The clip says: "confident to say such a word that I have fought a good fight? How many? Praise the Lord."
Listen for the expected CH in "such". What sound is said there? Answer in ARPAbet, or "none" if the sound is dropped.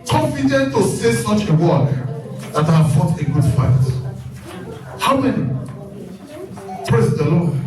CH